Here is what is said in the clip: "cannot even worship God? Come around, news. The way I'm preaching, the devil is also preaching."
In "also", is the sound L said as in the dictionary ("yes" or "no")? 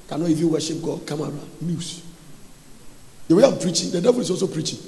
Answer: no